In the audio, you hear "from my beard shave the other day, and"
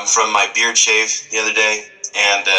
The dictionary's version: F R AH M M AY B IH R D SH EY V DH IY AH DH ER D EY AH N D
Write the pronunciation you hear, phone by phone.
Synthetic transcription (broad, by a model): F R AH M M AY B IH R D SH EY V DH IY AH DH ER D EY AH N